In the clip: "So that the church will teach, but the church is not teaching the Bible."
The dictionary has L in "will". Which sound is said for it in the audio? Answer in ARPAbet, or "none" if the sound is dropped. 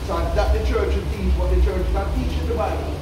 N